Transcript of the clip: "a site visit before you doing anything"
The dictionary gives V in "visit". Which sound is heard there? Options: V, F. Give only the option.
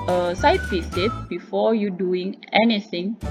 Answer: F